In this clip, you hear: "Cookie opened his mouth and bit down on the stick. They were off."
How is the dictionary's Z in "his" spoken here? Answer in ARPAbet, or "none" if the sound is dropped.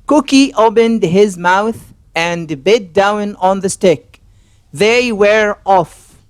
Z